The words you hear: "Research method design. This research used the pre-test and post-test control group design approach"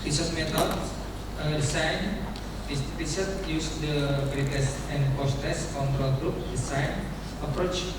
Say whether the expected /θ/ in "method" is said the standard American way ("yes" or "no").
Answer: no